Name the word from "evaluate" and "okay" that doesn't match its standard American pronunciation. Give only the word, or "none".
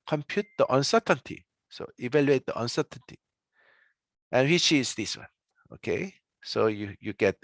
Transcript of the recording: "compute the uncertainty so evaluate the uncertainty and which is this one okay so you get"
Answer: none